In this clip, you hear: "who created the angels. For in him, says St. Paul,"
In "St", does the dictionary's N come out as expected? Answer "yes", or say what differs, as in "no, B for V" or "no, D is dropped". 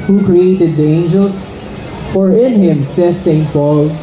yes